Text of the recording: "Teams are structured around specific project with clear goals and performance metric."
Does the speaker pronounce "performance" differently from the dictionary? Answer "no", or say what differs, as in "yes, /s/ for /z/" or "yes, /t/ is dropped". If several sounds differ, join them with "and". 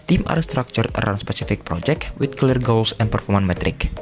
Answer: yes, /s/ is dropped